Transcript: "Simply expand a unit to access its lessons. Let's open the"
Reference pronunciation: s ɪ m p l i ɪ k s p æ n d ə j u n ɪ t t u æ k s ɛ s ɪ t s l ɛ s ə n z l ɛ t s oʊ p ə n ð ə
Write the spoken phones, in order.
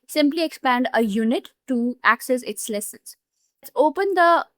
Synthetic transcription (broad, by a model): s ɪ m p l i ɪ k s p æ n d ə j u n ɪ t t u æ k s ɛ s ɪ t s l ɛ s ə n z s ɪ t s oʊ p ə n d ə